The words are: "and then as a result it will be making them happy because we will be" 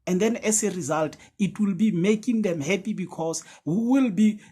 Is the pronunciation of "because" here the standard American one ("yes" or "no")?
no